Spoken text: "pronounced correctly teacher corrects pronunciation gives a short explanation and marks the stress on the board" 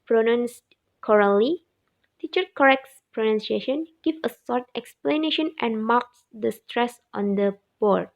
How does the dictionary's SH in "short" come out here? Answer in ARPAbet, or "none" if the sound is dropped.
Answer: S